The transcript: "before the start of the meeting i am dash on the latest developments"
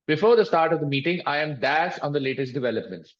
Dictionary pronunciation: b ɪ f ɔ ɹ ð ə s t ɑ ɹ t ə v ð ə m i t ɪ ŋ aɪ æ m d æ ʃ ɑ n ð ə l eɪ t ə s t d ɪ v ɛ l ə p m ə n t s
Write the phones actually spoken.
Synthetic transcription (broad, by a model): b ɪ f ɔ ɹ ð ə s t ɑ ɹ t ə v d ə m i t ɪ ŋ aɪ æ m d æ s ɑ n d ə l eɪ t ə s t d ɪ v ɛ l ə p m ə n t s